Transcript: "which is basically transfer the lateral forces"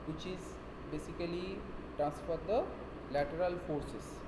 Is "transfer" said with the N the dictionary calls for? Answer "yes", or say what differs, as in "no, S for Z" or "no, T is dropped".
yes